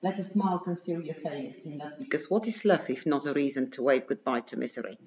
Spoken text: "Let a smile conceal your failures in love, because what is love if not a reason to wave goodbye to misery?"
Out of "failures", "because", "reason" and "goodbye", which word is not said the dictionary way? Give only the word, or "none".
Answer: failures